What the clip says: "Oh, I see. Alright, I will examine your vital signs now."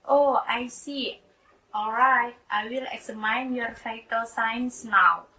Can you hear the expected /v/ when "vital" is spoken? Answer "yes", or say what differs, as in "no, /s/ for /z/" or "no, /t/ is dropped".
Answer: no, /f/ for /v/